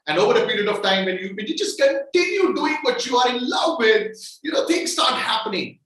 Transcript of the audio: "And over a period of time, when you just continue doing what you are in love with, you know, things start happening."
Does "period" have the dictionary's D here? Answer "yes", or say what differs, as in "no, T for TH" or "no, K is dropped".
yes